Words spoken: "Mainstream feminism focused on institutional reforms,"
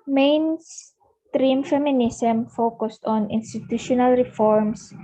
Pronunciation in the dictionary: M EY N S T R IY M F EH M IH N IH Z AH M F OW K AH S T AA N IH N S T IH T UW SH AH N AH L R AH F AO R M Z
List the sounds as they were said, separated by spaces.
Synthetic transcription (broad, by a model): M EY N S T R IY M F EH M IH N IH S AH M F OW K AH S T AA N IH N S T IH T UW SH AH N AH L R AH F AO R M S